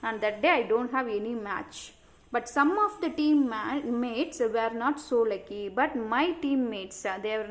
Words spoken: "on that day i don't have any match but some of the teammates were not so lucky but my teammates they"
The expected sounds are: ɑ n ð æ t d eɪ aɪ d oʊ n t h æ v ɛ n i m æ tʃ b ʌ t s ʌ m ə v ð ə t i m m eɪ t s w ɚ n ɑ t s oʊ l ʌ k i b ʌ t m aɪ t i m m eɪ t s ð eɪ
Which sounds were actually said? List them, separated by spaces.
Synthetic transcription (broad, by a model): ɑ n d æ t d eɪ aɪ d oʊ n t h æ v ɛ n i m æ tʃ b ʌ t s ʌ m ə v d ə t i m m eɪ t s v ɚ n ɑ t s oʊ l ʌ k i b ʌ t m aɪ t i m m eɪ t s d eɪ